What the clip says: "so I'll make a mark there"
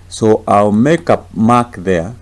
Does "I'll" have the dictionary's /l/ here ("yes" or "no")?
yes